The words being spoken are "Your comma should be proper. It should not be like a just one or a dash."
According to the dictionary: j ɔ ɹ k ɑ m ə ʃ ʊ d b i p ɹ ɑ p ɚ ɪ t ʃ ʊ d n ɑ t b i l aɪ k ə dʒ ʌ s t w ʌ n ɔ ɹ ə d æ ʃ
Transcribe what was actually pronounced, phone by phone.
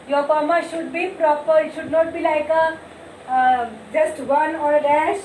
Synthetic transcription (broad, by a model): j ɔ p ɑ m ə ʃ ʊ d b i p ɹ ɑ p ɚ ɪ t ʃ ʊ d n ɑ t b i l aɪ k ə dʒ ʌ s t w ʌ n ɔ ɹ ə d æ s